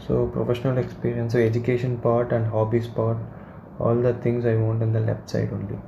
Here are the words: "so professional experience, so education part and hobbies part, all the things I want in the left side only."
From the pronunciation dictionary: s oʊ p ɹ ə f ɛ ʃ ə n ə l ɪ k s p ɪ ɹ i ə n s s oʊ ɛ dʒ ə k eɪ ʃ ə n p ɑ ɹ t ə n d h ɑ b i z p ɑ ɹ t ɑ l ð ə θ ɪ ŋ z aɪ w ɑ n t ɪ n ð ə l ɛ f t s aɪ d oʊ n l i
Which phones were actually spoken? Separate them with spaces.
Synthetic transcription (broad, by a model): s oʊ p ɹ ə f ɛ ʃ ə n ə l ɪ k s p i ɹ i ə n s s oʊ ɛ dʒ ə k eɪ ʃ ə n p ɑ ɹ t ə n d h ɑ b i s p ɑ ɹ t ɑ l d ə t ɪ ŋ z aɪ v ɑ n t ɪ n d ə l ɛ p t s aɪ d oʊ n l i